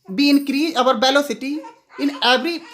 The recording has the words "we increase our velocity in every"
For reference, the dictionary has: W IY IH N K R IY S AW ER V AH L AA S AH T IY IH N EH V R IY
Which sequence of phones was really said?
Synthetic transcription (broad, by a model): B IY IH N K R IY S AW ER B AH L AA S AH T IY IH N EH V R IY